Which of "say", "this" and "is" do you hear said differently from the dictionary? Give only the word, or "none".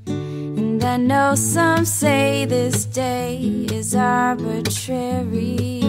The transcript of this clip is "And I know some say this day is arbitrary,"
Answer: none